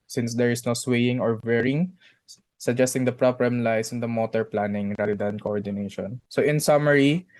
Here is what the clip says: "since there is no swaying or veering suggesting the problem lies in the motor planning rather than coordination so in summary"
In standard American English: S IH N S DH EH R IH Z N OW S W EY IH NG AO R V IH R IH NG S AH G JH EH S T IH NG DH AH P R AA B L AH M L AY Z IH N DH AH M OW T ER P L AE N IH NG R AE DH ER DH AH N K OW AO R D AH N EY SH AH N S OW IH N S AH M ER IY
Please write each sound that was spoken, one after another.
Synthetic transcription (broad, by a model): S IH N S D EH R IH S N OW S W EY IH NG AO R W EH R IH NG S AH G JH EH S T IH NG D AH P R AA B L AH M L AY S IH N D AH M OW T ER P L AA N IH NG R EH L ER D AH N K OW AO R D AH N EY SH AH N S OW IH N S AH M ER IY